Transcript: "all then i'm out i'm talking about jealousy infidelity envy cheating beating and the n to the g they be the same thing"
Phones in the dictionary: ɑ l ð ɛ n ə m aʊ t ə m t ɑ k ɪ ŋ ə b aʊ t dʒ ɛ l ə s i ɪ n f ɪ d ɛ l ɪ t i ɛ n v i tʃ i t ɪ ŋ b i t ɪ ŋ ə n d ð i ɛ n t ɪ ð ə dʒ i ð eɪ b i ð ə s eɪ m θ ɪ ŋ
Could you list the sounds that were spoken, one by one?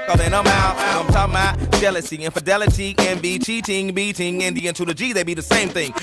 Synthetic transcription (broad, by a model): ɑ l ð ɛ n ə m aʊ ə m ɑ ɪ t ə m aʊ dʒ ɛ l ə s i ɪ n f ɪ d ɛ l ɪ t i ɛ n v i tʃ i t ɪ ŋ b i t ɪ ŋ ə n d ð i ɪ n t ɪ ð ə dʒ i ð eɪ b i ð ə s eɪ m θ ɪ ŋ